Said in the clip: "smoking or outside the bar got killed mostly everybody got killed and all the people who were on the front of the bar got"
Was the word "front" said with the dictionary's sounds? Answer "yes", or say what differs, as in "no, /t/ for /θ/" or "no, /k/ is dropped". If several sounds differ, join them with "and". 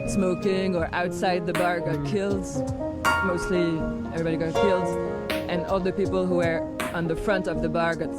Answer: yes